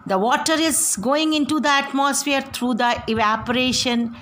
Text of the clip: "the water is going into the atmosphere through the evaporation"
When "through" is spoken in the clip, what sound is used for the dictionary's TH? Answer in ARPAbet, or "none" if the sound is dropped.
T